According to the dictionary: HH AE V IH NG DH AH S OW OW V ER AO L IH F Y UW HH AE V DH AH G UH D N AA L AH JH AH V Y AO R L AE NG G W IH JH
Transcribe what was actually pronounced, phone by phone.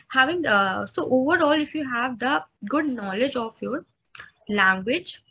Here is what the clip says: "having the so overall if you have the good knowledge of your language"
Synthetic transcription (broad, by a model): HH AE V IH NG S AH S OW OW V ER AO L IH F Y UW HH AE V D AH G UH D N AA L AH JH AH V Y AO R L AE NG G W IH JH